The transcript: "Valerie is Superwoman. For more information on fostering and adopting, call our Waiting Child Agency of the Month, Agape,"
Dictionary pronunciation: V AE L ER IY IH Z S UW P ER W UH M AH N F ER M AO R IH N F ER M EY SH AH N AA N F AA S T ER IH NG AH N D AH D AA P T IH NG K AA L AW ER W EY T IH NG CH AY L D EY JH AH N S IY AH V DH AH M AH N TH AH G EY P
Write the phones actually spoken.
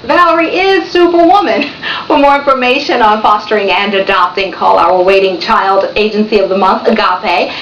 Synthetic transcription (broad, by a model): V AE L ER IY IH Z S UW P ER W UH M AH N F ER M AO R IH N F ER M EY SH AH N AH N F AA S T ER IH NG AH N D AH D AA P T IH NG K AA L AW ER W EY T IH NG CH AY L D EY JH AH N S IY AH V DH AH M AH N TH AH G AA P